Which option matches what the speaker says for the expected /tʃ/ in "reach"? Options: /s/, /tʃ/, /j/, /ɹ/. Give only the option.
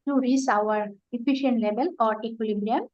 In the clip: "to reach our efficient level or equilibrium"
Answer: /s/